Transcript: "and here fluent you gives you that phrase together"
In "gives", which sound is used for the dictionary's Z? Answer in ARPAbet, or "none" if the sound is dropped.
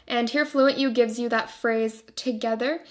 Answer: Z